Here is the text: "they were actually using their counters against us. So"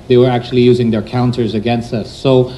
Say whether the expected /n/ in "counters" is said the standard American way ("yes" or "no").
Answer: yes